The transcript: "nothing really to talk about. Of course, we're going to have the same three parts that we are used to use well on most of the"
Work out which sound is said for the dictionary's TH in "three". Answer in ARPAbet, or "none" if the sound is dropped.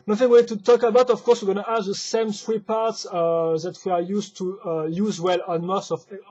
S